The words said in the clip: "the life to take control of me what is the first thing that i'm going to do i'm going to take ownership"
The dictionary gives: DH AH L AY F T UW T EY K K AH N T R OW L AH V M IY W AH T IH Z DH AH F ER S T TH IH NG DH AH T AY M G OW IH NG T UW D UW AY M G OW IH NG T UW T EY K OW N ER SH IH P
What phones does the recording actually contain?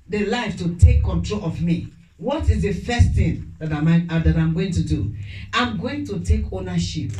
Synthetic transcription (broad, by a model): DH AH L AY F T UW T EY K K AH N T R OW L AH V M IY W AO T IH Z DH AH F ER S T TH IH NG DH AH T AY M G OW IH NG T UW D UW AY M G OW IH NG T UW T EY K OW N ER SH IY P